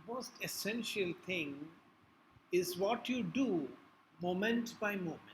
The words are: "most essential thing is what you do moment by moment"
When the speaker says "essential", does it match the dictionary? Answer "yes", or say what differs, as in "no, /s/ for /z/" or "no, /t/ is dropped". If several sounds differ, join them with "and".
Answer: yes